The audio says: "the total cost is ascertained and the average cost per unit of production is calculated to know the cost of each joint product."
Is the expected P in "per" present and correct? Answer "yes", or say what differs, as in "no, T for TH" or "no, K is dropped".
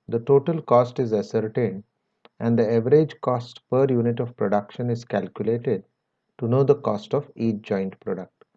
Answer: yes